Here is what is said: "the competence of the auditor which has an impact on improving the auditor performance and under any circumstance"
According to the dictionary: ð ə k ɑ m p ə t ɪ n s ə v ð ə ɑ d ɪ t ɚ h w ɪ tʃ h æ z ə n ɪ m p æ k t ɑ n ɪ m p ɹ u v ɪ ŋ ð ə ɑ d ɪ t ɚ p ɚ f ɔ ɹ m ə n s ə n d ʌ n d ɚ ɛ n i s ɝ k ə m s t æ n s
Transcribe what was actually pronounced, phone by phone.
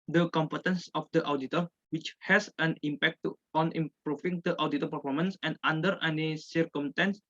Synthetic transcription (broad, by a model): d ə k ɑ m p ə t ɪ n s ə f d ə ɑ d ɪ t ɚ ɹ w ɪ tʃ h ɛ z ə n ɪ m p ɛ k t ɑ n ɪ m p ɹ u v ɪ ŋ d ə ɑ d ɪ t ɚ p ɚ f ɔ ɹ m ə n s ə n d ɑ n d ɚ ɛ n i s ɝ k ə m s t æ n s